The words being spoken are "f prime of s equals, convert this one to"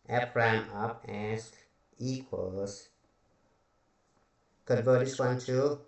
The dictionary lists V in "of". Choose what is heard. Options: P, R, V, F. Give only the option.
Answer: P